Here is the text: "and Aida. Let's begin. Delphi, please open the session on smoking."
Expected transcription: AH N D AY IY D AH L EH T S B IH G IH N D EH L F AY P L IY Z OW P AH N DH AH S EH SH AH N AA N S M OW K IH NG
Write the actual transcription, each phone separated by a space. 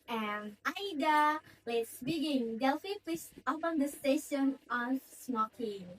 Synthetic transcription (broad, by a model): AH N AY D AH L EH T S B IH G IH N D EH L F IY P IY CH OW P AH N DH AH S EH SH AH N AA N S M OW K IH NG